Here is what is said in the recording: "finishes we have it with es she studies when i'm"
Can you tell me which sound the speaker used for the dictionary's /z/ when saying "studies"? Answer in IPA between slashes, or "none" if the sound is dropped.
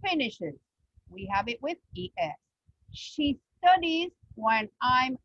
/z/